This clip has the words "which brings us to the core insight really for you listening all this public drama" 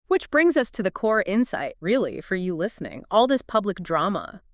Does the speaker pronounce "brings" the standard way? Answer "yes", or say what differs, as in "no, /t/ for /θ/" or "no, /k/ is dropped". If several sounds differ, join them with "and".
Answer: yes